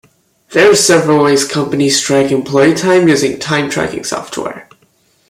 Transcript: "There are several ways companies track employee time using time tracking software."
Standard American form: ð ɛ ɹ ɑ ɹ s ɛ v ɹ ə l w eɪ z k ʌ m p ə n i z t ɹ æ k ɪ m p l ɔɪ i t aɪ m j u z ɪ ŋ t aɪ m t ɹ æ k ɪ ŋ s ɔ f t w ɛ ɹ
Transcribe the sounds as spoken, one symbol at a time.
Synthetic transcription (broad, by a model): ð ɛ ɹ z s ɛ v ɹ ə l w eɪ z k ʌ m p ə n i s t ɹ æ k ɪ m p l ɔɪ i t aɪ m j u z ɪ ŋ t aɪ m t ɹ æ k ɪ ŋ s ɔ f t w ɛ ɹ